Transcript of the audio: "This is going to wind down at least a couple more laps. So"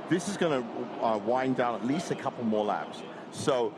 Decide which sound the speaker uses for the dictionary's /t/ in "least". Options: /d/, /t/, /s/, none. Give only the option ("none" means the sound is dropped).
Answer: /t/